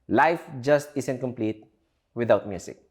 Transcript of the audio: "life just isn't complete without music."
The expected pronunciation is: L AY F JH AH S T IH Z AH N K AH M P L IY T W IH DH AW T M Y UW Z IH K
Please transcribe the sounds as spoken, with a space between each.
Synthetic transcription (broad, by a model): L AY F JH AH S T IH S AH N K AH M P L IY T W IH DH AW T M Y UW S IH K